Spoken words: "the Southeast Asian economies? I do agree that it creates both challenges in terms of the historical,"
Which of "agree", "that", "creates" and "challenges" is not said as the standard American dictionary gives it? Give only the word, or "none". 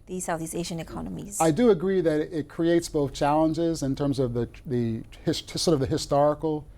none